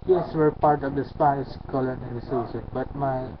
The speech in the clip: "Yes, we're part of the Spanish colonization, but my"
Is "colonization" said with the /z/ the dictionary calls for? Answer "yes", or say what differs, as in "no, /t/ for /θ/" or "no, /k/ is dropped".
no, /s/ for /z/